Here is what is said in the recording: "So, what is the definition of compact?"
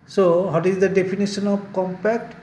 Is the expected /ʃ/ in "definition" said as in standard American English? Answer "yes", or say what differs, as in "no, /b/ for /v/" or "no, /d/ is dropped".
no, /s/ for /ʃ/